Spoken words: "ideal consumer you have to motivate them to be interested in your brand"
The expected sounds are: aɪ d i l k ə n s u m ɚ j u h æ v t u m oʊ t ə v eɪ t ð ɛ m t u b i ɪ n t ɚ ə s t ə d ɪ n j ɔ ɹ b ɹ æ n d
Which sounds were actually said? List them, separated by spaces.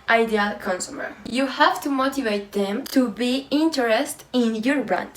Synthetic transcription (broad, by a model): aɪ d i l k ə n s u m ɚ j u h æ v t u m oʊ t ə v eɪ t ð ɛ m t u b i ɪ n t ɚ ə s t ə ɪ n j ɔ ɹ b ɹ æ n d